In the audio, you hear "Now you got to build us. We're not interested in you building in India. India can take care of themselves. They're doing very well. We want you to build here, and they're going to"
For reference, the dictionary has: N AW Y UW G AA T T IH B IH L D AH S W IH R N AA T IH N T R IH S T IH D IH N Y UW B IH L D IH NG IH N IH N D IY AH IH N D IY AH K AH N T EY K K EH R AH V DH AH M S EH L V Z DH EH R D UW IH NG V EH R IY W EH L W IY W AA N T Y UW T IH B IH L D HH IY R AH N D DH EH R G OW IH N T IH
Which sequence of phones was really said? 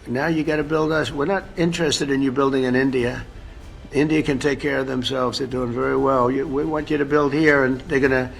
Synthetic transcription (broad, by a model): N AW Y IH G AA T T IH B IH L D AH S W IH R N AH T IH N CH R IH S T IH D IH N Y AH B IH L D IH NG IH N IH N D IY AH IH N D IY AH K AH N T EY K K EH R AH V DH AH M S EH L V Z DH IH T D UW IH NG V EH R IY W EH L W IY W AA N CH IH T IH B IH L D HH IY R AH N DH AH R G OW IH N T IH